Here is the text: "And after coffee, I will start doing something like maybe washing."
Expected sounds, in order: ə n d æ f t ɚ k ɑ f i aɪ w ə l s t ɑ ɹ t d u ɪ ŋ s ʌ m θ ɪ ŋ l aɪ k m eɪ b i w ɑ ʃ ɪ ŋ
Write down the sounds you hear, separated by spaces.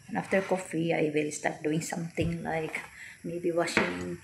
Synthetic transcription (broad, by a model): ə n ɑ f t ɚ k ɑ f i aɪ w ə l s t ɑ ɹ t d u ɪ ŋ s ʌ m t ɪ ŋ l aɪ k m eɪ b i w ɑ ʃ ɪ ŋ